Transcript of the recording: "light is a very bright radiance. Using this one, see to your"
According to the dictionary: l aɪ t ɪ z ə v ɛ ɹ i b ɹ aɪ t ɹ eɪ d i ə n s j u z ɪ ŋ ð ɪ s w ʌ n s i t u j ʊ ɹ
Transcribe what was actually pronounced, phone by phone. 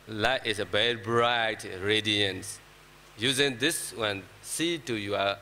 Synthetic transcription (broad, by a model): l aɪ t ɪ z ə b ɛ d b ɹ aɪ t ɹ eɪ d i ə n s j u z ɪ ŋ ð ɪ s w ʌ n s i t u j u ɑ